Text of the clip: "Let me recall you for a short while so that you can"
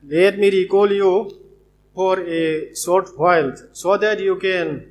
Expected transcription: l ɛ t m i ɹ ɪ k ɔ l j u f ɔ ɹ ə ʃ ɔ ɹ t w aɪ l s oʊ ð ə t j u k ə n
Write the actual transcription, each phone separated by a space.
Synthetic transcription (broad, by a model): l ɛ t m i ɹ ɪ k ɔ l j u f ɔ ɹ ə s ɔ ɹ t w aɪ l s oʊ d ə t j u k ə n